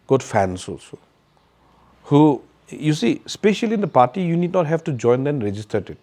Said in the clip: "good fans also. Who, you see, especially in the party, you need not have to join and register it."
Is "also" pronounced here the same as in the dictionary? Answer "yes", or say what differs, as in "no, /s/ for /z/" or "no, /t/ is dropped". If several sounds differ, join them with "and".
no, /l/ is dropped